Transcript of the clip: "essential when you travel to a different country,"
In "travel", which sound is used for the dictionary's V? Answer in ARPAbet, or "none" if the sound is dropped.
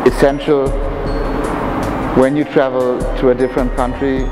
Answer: V